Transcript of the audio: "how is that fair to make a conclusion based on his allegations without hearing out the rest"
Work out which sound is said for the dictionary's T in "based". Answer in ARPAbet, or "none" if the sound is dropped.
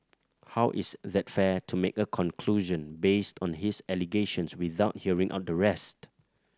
T